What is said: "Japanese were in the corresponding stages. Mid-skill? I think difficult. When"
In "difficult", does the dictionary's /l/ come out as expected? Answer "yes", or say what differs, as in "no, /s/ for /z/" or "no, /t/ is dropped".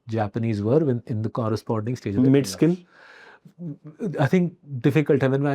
yes